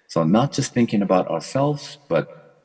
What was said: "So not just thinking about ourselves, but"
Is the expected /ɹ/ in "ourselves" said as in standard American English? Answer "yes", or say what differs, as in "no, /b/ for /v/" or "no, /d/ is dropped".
yes